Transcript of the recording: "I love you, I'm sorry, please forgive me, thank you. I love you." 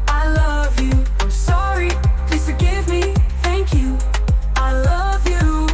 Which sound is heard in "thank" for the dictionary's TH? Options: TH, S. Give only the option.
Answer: TH